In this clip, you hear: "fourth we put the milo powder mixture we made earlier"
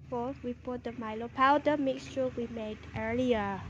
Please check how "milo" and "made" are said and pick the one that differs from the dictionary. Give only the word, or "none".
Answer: none